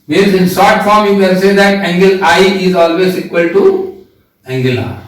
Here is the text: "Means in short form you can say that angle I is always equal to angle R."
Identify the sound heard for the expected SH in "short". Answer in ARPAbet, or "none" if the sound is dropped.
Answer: S